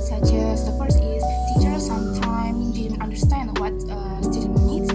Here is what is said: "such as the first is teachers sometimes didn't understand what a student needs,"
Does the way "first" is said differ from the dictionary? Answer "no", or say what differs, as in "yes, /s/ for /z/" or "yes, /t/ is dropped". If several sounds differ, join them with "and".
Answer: yes, /t/ is dropped